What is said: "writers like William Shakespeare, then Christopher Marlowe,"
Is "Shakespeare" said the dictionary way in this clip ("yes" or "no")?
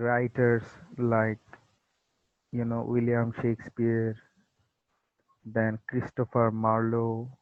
yes